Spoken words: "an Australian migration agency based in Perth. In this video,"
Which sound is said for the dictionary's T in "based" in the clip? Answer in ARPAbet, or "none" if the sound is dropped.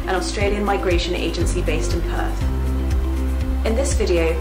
T